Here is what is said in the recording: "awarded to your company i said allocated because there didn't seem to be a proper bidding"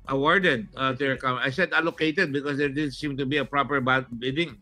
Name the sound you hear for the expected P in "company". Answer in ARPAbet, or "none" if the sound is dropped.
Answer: none